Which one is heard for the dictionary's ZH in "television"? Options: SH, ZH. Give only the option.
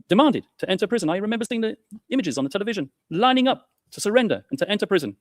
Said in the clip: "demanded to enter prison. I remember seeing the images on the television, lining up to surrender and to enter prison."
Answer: ZH